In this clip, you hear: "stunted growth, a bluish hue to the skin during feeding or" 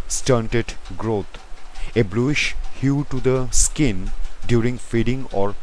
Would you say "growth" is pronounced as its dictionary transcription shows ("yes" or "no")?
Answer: no